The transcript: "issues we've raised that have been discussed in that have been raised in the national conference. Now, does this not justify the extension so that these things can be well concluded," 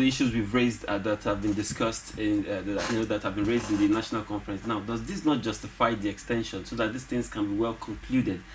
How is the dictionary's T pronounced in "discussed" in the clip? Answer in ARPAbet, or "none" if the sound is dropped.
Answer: T